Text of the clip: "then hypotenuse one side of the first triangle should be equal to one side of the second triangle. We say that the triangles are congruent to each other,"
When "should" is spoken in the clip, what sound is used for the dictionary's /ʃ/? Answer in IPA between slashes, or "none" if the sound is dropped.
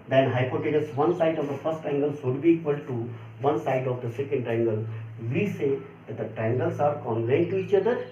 /s/